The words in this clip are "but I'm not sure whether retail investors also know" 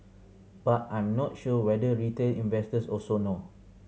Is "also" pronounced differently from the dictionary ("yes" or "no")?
yes